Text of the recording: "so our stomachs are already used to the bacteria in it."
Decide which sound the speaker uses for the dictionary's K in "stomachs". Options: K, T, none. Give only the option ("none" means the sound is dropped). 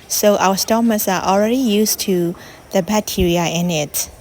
none